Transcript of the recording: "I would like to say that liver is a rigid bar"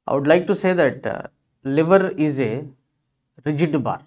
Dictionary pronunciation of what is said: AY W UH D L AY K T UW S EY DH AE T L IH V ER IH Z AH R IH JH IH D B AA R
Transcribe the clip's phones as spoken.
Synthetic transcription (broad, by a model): AY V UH D L AY K T UW S EY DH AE T L IH V ER IH Z AH R IH JH IH D B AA R